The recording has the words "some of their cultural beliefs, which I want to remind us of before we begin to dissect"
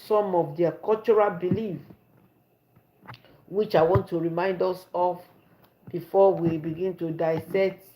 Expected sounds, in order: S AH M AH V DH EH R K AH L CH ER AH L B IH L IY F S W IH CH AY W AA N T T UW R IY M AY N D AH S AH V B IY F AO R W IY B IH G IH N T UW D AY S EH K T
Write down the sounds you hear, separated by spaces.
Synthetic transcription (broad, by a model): S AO M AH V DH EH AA K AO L CH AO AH L B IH L IY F W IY CH AY W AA N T T UW R IY M AY N D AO S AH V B IY F AO W IY B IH G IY N T UW D AY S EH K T